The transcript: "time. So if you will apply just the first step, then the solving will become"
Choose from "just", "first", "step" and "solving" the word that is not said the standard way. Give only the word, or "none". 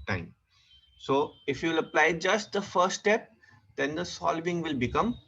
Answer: first